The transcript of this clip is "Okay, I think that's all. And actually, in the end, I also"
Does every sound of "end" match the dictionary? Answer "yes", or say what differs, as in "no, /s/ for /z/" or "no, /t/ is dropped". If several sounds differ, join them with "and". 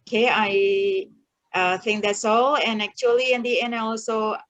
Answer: no, /d/ is dropped